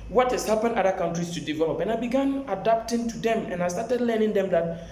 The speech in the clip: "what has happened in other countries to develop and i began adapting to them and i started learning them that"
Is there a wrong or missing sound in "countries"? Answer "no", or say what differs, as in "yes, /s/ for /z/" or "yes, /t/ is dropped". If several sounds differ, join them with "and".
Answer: yes, /s/ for /z/